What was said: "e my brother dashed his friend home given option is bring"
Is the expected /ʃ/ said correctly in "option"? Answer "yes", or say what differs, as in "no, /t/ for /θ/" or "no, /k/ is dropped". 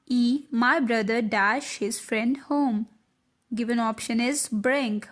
yes